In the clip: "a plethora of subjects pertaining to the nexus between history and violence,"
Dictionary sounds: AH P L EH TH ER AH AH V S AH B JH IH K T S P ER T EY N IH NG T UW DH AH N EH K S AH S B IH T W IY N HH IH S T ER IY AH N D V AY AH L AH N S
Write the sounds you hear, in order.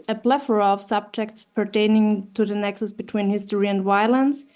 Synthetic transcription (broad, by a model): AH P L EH F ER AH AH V S AH B JH IH K T S P ER T EY N IH NG T UW DH AH N EH K S AH S B IH T W IY N HH IH S T ER IY AH N D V AY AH L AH N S